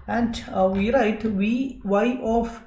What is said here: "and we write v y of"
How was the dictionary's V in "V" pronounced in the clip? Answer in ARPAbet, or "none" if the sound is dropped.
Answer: W